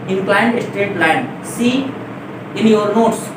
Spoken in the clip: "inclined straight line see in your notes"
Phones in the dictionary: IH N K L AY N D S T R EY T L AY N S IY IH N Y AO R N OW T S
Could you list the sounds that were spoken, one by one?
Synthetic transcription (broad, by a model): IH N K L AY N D S T EY T L AY N S IY IH N Y AO R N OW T S